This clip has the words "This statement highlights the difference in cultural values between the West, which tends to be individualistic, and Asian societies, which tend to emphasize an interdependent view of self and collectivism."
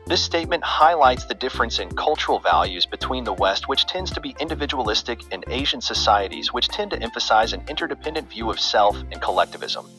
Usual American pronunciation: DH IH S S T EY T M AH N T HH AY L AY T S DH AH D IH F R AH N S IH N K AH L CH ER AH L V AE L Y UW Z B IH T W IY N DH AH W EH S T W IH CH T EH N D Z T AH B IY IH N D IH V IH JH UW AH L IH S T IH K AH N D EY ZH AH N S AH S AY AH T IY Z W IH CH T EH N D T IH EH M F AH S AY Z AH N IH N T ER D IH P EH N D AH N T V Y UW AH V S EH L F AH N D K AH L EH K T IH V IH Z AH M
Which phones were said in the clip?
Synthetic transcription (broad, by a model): DH IH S S T EY T M AH N T HH AY L AY T S DH AH D IH F R AH N S IH N K AH L CH ER L V AE L Y UW Z B IH T W IY N DH AH W EH S T W IH CH T EH N D Z T AH B IY IH N D IH V IH JH UW AH L IH S T IH K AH N EY ZH AH N S AH S AY AH T IY Z W IH CH T EH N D T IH EH M F AH S AY Z AH N IH N T ER D IH P EH N D AH N T V Y UW AH V S EH L F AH N K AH L EH K T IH V IH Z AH M